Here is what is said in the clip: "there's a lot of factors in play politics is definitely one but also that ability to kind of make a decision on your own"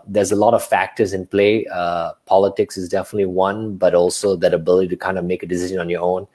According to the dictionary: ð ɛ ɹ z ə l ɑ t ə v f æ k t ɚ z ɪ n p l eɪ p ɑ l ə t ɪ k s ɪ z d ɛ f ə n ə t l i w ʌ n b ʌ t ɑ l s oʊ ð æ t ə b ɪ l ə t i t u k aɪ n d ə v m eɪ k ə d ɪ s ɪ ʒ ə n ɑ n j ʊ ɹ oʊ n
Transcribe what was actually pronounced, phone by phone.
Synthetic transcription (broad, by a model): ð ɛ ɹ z ə l ɑ t ə v f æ k t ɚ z ɪ n p l eɪ p ɑ l ə t ɪ k s ɪ z d ɛ f ə n ə t l i w ʌ n b ʌ t ɑ l s oʊ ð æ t ə b ɪ l ə t i t u k aɪ n d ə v m eɪ k ə d ɪ s ɪ ʒ ə n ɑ n j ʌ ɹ oʊ n